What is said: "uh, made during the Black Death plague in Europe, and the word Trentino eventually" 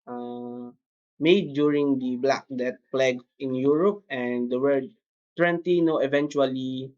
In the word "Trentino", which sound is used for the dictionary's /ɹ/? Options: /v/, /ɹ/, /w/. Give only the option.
/w/